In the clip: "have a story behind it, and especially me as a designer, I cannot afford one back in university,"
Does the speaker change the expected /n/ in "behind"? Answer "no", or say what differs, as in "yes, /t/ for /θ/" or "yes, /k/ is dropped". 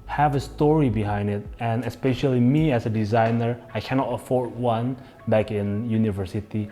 no